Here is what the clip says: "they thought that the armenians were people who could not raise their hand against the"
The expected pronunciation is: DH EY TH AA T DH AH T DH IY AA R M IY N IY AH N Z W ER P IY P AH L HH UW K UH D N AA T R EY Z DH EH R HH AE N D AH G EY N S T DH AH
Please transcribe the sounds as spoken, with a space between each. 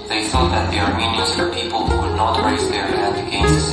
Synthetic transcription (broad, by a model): DH EY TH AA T DH AH T DH IY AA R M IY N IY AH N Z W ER P IY P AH L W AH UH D N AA T R EY Z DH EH R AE D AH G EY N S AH